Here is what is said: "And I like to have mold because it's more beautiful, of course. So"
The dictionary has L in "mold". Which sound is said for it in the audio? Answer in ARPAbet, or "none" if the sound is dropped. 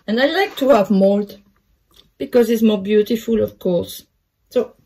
L